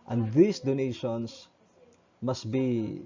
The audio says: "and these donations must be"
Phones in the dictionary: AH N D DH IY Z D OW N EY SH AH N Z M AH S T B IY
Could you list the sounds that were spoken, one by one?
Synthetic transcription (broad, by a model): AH N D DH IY S D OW N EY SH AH N S M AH S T B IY